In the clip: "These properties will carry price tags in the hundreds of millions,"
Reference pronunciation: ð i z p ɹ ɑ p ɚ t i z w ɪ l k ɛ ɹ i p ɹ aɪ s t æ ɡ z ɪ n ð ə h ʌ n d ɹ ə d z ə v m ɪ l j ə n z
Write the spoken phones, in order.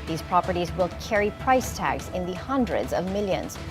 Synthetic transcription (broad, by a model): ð i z p ɹ ɑ p ɚ t i z w ɪ l k ɛ ɹ i p ɹ aɪ s t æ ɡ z ɪ n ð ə h ʌ n d ɹ ə d z ə v m ɪ l j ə n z